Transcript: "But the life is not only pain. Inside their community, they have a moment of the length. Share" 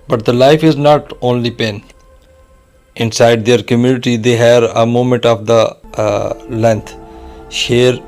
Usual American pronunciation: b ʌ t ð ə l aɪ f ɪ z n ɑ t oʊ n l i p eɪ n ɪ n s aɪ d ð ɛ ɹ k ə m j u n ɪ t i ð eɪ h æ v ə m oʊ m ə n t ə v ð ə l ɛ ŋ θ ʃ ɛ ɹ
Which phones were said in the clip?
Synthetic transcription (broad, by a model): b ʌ t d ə l aɪ f ɪ z n ɑ t oʊ n l i p eɪ n ɪ n s aɪ d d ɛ ɹ k ə m j u n ɪ t i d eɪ h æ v ə m oʊ m ə n t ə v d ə l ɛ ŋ t ʃ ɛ ɹ